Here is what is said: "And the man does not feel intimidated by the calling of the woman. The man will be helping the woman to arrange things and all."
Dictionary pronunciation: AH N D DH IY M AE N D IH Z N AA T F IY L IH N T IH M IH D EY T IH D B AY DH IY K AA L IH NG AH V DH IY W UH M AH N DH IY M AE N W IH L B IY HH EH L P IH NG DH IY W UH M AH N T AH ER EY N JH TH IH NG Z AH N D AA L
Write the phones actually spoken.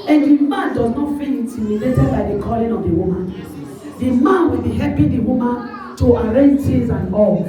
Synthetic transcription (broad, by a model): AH N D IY M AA N D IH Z N AA T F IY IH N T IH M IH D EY T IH B AY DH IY K AA L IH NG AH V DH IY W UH M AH N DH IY M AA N W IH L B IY HH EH P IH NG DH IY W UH M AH N T AH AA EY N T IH Z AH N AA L